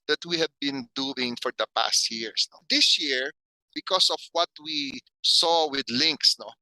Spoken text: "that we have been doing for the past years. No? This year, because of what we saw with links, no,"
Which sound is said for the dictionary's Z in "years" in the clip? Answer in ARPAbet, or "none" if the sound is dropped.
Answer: S